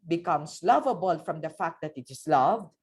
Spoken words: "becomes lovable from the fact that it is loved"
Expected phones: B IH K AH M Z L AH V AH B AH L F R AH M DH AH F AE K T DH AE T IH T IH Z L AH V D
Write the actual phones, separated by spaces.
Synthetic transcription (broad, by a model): B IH K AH M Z L AH V AH B AH L F R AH M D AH F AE K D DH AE T IH T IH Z L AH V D